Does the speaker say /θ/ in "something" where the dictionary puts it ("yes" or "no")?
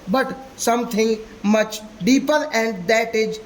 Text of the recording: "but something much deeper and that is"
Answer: no